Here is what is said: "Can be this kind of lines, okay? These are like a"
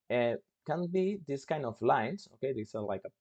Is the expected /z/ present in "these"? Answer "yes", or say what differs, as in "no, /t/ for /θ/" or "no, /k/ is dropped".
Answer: no, /s/ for /z/